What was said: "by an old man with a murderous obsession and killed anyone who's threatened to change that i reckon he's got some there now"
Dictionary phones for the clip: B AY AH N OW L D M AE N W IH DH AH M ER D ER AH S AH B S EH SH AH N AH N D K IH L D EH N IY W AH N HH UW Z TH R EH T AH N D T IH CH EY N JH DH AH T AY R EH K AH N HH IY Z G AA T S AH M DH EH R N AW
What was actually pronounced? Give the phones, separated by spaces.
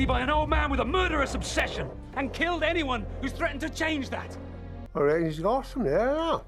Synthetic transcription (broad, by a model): B AY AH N OW L D M AE N W IH DH AH M ER D ER AH S AH B S EH SH AH N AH N K IH L D EH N IY W AH N HH UW Z TH R EH T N T IH CH EY N JH DH AH T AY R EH AH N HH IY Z G AA T S AH M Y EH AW